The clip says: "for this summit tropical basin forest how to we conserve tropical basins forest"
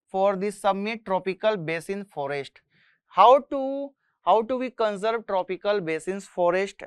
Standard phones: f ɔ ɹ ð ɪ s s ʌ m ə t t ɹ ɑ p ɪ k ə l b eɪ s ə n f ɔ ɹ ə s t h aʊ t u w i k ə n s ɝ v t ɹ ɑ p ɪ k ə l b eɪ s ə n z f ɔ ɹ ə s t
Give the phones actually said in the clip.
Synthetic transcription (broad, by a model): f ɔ ɹ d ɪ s s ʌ m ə t t ɹ ɑ p ɪ k ə l b eɪ s ə n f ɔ ɹ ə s t h aʊ t u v i k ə n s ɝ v t ɹ ɑ p ɪ k ə l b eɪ s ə n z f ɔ ɹ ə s t